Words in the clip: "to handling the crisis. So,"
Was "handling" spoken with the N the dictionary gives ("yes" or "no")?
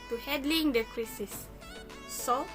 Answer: no